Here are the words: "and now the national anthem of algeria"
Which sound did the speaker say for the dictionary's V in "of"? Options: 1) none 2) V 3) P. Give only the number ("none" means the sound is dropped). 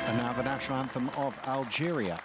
2